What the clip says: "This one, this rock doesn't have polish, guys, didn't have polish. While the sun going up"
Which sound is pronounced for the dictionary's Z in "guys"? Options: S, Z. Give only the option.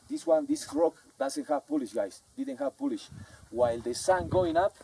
S